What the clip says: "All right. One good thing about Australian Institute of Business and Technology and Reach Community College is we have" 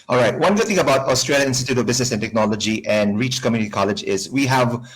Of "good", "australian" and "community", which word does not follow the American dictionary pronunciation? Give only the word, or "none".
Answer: australian